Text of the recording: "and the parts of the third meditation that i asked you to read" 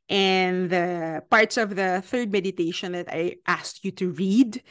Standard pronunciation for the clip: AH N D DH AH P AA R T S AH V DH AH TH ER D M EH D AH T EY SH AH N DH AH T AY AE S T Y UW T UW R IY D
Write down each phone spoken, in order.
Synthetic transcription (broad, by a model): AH N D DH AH P AA R T S AH V DH AH TH ER D M EH D AH T EY SH AH N DH AH T AY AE S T Y UW T UW R IY D